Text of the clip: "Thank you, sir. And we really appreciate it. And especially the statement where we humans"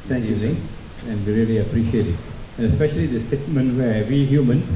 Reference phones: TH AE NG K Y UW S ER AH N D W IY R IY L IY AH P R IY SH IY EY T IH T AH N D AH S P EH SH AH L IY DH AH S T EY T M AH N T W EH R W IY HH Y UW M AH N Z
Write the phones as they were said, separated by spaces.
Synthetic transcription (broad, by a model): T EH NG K Y UW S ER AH N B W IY R IY L IY AH P R IY SH IY EY T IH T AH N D AH S P EH SH AH L IY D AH S T EY T M AH N T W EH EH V IY HH Y UW M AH N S